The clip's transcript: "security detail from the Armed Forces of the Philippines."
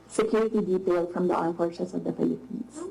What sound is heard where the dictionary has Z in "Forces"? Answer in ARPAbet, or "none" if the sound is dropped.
S